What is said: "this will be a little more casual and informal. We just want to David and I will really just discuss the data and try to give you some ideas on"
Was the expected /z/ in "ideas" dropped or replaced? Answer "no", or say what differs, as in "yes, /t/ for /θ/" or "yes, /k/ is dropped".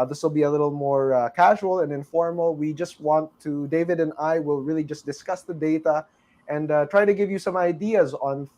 no